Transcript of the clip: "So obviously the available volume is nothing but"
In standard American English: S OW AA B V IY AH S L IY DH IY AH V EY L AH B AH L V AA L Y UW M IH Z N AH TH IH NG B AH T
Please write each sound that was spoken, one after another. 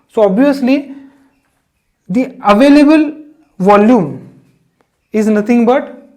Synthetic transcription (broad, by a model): S OW AA B V IY AH S L IY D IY AH V EY L AH B AH L V AA L Y UW M IH Z N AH T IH NG B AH T